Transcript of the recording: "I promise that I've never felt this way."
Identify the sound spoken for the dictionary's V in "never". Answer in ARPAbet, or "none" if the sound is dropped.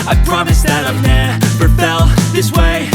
P